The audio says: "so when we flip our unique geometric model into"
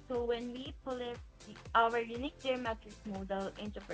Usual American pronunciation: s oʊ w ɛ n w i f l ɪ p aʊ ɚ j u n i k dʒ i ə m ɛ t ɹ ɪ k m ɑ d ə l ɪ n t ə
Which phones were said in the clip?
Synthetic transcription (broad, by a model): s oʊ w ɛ n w i p l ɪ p aʊ ɚ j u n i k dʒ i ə m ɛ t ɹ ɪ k m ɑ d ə l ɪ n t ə